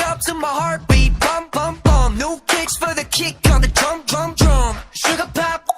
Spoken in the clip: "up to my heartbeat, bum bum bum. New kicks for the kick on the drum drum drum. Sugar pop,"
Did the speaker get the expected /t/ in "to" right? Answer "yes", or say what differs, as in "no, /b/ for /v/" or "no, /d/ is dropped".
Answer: no, /s/ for /t/